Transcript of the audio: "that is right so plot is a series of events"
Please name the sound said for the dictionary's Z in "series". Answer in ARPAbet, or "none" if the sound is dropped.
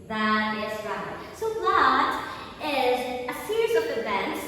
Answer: Z